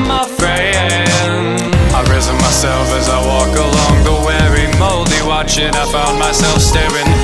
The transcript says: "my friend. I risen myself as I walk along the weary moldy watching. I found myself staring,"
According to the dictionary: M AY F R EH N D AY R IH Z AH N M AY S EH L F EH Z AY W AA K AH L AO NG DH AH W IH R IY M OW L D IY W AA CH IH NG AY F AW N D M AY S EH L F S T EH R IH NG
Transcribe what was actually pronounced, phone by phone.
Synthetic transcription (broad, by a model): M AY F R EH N AY R IH Z AH N M AY S EH L F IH Z AY W AA K AH L AO NG DH AH W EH R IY M OW L D IY W AA CH IH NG AY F AW N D M AY S EH L F S T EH R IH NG